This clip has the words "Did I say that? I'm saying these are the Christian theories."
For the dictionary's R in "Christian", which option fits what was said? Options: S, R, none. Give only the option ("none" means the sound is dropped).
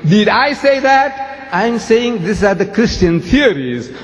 R